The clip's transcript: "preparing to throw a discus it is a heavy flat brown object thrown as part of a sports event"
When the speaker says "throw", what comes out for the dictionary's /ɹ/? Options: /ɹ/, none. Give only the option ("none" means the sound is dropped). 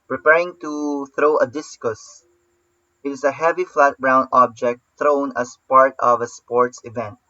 /ɹ/